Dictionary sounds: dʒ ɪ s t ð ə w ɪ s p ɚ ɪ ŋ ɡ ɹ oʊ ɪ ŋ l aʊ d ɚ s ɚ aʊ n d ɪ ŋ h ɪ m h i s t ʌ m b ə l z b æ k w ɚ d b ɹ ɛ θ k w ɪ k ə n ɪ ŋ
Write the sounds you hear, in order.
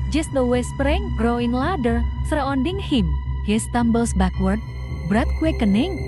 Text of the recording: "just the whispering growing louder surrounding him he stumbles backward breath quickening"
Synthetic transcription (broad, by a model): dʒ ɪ s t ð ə w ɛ s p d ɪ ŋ ɡ ɹ oʊ ɪ ŋ l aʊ d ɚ s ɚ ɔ n d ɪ ŋ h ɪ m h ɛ s t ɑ m b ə l s b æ k w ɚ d b ɹ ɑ t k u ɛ k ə n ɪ ŋ